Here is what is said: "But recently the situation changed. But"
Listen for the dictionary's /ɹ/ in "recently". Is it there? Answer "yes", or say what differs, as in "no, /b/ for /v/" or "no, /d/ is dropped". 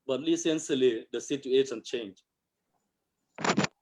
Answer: no, /l/ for /ɹ/